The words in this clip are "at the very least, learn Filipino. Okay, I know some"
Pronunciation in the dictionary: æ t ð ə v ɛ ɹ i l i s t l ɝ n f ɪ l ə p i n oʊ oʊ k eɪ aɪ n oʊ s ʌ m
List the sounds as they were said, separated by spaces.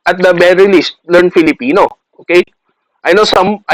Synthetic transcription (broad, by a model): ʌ t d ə b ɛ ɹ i l i s t l ɝ n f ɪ l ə p i n oʊ oʊ k eɪ aɪ n oʊ s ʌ m